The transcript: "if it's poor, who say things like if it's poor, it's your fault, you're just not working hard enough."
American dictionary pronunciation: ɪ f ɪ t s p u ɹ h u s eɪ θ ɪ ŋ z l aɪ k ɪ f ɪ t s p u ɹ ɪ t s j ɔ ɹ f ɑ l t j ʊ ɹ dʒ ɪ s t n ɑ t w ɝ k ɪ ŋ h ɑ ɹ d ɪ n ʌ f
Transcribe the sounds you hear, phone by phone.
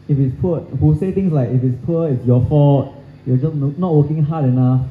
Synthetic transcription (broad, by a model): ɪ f ɪ t s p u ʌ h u s eɪ t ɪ ŋ s l aɪ k ɪ f ɪ t s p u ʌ ɪ t s j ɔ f ɑ t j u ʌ dʒ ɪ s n n ɑ t w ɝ k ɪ ŋ h ɑ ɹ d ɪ n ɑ f